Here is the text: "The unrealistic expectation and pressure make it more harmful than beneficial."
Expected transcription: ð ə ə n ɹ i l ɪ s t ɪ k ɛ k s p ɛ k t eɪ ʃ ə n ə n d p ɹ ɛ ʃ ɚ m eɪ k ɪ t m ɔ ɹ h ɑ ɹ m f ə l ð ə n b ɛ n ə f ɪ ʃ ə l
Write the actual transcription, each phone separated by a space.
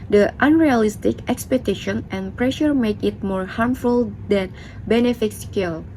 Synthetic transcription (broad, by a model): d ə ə n ɹ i l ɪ s t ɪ k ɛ k s p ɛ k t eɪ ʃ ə n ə n p ɹ ɛ ʃ ɚ m eɪ k ɪ t m ɔ ɹ h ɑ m f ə l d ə n b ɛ n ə f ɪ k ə l